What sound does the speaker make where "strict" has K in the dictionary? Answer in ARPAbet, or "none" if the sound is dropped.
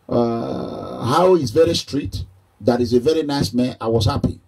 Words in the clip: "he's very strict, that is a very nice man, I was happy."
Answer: none